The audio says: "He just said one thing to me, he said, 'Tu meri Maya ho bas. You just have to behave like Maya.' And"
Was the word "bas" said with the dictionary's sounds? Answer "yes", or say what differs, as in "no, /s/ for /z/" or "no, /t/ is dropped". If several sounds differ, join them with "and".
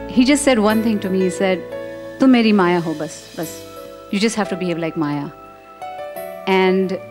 yes